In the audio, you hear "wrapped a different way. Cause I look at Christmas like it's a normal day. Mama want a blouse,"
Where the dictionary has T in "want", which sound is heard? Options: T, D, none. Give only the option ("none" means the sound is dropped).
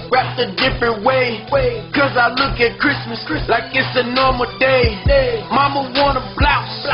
none